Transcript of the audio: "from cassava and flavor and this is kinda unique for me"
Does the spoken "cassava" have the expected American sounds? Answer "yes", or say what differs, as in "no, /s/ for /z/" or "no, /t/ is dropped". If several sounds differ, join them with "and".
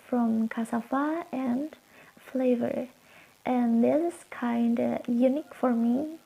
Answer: no, /f/ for /v/